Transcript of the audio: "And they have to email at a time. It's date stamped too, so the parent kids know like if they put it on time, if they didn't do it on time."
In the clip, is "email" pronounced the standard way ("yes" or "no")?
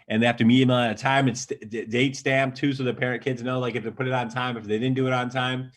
no